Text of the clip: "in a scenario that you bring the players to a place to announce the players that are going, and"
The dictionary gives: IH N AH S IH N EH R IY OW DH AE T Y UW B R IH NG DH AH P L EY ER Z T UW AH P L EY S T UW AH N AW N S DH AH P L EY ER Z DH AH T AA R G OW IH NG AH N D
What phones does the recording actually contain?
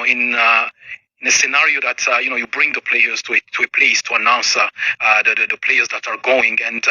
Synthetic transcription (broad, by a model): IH N AH S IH N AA R IY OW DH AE T Y UW B R IH NG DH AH P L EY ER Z T UW AH P L EY S T UW AH N AW N S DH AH P L EY ER Z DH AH T AA R G OW IH NG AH N D